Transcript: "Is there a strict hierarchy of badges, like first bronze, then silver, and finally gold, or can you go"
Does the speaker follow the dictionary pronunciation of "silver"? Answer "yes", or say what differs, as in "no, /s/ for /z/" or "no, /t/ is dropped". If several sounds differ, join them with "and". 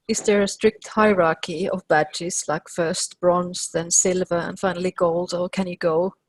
yes